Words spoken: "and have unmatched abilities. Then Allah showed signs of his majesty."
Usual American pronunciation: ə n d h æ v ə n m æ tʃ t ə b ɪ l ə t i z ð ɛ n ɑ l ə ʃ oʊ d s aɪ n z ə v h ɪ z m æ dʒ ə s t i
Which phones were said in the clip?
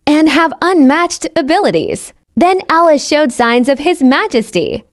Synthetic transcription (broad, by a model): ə n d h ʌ v ə n m æ tʃ t ə b ɪ l ə t i z ð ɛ n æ l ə ʃ oʊ d s aɪ n z ə v ɪ z m æ dʒ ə s t i